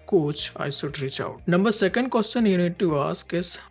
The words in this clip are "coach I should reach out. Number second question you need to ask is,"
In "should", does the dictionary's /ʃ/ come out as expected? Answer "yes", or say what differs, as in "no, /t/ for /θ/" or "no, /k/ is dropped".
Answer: no, /s/ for /ʃ/